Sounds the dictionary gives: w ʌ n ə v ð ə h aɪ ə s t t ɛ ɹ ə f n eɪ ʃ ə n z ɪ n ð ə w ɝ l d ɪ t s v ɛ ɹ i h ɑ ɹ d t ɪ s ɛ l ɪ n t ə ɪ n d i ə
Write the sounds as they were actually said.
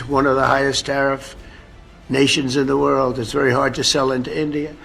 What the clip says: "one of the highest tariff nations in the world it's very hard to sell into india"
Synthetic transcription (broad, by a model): w ʌ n ə v ð ə h aɪ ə s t t ɛ ɹ ə f n eɪ ʃ ə n z ɪ n ð ə w ɝ l d ɪ t s v ɛ ɹ i h ɑ ɹ d t ɪ s ɛ l ɪ n t ə ɪ n d i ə